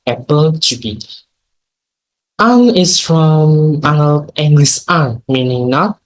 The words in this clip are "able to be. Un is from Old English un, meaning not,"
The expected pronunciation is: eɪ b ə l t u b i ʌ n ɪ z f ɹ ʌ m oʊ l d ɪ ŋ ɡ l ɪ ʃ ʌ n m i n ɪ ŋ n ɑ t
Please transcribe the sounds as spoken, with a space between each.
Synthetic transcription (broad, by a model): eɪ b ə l t u b i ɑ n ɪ s f ɹ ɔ m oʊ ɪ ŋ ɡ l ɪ s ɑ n m i n ɪ ŋ n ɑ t